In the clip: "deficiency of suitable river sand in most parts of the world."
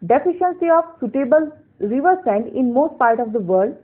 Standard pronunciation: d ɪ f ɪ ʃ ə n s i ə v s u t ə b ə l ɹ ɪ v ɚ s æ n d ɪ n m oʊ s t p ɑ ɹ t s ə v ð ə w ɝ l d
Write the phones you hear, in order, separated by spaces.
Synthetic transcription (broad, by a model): d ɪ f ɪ ʃ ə n s i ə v s u t ə b ə l ɹ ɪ v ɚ s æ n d ɪ n m oʊ s t p ɑ ɹ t ə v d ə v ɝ d